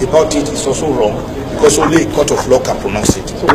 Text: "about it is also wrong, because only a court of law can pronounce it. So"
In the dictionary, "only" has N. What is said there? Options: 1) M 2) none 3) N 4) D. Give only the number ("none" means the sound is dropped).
2